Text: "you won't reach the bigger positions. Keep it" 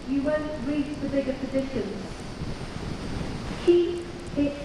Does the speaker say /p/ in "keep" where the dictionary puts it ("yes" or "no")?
no